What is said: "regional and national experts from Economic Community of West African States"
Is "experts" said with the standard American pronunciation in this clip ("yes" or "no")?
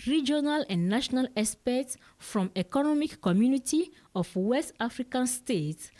no